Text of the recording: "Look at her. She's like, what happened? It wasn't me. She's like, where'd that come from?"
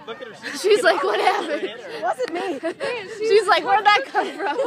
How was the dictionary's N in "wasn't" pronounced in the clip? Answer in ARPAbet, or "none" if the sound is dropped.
none